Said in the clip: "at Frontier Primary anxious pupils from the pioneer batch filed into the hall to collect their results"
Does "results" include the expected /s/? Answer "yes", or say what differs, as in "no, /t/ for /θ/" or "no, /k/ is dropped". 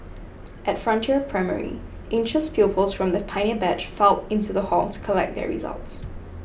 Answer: yes